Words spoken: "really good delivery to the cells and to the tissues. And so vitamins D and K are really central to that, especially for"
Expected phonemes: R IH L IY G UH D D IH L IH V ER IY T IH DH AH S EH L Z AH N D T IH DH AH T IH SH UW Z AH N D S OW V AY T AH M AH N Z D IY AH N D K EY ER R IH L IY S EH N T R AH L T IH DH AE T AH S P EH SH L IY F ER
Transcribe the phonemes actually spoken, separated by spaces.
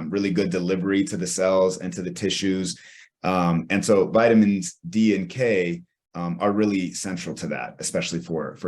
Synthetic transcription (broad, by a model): R IH L IY G UH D D IH L IH V ER IY T IH DH AH S EH L Z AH N T IH DH AH T IH SH UW Z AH N S OW V AY T AH M AH N Z D IY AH N K EY ER R IH L IY S EH N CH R L T IH DH AE T AH S P EH SH L IY F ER